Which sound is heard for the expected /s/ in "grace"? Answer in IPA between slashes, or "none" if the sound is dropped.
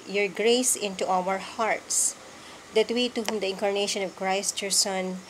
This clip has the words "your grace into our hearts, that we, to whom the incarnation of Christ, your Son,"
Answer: /s/